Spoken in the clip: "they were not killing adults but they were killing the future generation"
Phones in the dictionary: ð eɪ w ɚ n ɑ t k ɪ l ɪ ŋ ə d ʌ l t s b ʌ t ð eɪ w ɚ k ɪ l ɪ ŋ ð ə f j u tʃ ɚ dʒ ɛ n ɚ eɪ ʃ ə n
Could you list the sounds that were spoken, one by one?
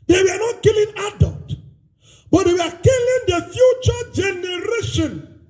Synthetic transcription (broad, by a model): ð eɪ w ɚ n ɑ t k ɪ l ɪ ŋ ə d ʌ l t b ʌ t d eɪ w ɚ k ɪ l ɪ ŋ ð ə f j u tʃ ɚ dʒ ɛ n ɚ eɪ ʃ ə n